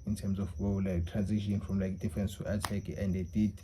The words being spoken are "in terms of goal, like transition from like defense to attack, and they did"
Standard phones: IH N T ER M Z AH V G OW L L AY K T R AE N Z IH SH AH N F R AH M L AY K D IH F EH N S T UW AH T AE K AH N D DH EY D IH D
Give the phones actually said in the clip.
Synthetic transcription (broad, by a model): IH N T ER M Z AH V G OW W L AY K T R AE N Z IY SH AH N F R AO M L AY K D IH F EH N S T UW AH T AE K AH N D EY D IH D